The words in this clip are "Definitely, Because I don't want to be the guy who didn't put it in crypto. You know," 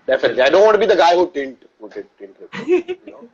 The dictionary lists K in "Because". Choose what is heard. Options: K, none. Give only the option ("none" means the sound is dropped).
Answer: none